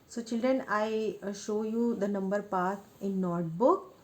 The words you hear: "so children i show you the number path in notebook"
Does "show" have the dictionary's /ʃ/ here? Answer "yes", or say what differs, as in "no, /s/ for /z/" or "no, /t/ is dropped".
yes